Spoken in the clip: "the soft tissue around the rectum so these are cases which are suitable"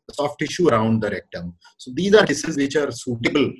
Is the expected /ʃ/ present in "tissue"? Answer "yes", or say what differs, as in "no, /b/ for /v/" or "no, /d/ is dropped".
yes